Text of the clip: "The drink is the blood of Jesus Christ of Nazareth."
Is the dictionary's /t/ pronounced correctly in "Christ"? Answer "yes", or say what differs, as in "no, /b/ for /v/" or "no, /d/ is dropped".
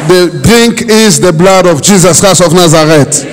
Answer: no, /t/ is dropped